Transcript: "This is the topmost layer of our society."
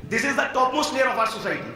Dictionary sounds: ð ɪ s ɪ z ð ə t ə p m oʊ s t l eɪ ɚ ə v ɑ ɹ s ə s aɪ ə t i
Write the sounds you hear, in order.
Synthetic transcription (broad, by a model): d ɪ s ɪ z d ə t ə p m oʊ s t n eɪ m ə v ɑ ɹ s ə s aɪ t i